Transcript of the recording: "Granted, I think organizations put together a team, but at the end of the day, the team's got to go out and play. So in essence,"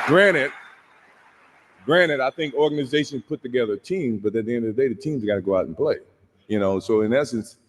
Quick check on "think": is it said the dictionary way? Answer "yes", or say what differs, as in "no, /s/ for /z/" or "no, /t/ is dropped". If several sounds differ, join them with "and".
yes